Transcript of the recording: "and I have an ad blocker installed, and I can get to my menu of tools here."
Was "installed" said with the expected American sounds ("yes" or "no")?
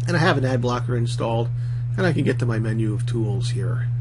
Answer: yes